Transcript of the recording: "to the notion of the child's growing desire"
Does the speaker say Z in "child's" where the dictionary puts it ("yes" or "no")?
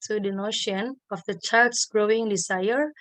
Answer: no